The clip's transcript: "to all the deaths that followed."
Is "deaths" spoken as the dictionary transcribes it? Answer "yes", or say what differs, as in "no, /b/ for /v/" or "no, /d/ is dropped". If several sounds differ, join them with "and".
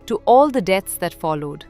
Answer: no, /t/ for /θ/